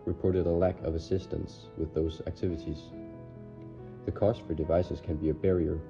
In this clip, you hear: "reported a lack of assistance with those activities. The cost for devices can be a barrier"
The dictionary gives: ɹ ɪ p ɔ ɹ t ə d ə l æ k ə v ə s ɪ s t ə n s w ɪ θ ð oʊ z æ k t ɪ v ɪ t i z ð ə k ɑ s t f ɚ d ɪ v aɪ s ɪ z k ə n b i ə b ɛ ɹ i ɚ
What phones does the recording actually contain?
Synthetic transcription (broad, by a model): ɹ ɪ p ɔ ɹ t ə d ə l æ k ə v ə s ɪ s t ə n s w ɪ ð oʊ z æ k t ɪ v ɪ t i z ð ə k ɑ s t f ɚ d ɪ v aɪ s ɪ z k ə n b i ə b ɛ ɹ i ɚ